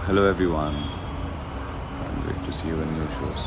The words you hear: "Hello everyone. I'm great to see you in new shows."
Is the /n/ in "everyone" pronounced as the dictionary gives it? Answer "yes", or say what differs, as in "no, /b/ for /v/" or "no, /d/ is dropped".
yes